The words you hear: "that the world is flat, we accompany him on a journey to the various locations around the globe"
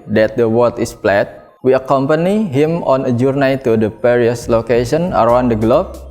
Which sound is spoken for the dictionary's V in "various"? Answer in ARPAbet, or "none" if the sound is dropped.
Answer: P